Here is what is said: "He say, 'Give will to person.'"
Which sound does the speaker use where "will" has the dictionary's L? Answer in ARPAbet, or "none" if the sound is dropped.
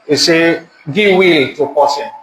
L